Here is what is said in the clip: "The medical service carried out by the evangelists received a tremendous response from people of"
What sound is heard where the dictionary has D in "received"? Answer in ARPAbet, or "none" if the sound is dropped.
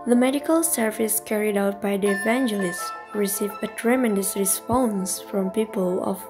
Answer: none